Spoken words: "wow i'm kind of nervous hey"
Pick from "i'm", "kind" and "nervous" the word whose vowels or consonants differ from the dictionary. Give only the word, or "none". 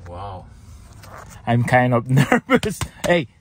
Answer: none